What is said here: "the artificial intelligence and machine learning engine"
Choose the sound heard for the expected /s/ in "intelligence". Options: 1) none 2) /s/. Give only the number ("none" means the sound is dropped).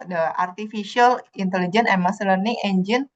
1